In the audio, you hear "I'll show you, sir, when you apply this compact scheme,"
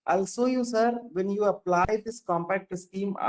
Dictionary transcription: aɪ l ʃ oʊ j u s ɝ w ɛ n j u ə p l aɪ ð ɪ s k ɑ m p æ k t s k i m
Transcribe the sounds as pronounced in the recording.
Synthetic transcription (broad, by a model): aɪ l s oʊ j u s ɝ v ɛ n j u ə p l aɪ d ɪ s k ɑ m p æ k t s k i m